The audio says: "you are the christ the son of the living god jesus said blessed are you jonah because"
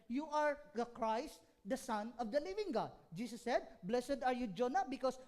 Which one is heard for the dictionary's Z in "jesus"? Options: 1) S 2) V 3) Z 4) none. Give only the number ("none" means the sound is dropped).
1